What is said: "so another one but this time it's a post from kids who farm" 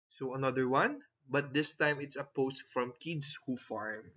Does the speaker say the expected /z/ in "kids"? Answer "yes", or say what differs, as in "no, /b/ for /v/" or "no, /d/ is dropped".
no, /s/ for /z/